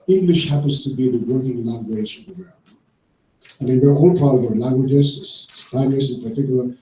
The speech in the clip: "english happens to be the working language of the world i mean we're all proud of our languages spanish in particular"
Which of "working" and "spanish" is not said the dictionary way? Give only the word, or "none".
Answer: spanish